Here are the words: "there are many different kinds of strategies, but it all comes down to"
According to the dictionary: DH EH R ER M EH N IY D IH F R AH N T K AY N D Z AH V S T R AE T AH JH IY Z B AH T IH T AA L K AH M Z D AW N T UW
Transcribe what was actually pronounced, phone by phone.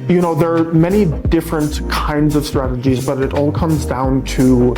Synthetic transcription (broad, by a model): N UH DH ER M EH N IY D IH F R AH N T K AY N D Z AH V S T R AE T AH JH IY Z B AH T IH T AA L K AH M Z D AW N T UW